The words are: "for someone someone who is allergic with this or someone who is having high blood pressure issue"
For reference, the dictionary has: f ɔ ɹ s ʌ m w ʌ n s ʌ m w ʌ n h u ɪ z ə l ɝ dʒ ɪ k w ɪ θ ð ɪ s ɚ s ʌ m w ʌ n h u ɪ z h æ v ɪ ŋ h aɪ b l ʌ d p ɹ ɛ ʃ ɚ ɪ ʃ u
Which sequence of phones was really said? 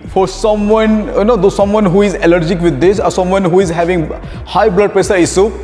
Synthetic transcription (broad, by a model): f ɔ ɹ s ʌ m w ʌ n s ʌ m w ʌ n h u ɪ z ə l ɝ dʒ ɪ k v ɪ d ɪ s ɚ s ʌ m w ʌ n h u ɪ z h æ v ɪ ŋ h aɪ b l ʌ d p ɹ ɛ s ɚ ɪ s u